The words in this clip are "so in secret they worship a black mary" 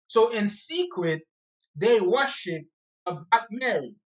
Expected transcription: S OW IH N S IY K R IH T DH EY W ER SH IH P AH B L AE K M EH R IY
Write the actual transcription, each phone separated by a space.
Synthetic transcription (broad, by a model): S OW IH N S IY K R IH T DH EY W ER SH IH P AH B AE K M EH R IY